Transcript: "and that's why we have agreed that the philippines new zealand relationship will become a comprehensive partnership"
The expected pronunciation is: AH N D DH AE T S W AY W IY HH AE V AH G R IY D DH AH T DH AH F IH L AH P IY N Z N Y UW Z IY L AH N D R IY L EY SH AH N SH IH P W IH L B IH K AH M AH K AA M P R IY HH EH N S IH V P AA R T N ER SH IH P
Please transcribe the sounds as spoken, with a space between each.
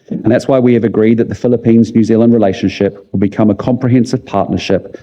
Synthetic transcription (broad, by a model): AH N DH AE T S W AY W IY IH V AH G R IY D DH AH T DH AH F IH L AH P IY N Z N Y UW Z IY L AH N D R IY L EY SH AH N SH IH P W IH L B IH K AH M AH K AA M P R IY HH EH N S IH V P AA T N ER SH IH P